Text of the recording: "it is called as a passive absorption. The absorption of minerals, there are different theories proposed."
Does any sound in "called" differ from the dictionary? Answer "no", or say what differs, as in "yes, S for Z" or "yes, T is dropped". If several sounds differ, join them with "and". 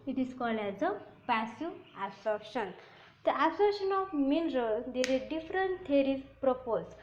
yes, D is dropped